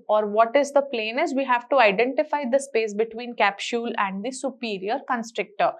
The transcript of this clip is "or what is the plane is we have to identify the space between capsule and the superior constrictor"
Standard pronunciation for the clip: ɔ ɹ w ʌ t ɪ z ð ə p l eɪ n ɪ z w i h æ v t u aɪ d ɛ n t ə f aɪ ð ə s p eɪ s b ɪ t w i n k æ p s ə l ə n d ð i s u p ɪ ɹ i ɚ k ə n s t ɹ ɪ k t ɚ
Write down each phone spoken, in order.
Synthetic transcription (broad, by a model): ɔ ɹ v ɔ t ɪ z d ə p l eɪ n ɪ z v i h æ v t u aɪ d ɛ n t ə f aɪ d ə s p eɪ s b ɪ t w i n k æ p ʃ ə l ə n d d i s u p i ɹ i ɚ k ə n s t ɹ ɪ k t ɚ